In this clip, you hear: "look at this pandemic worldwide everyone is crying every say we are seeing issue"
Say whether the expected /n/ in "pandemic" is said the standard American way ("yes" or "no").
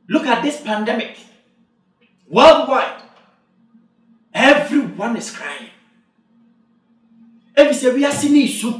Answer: yes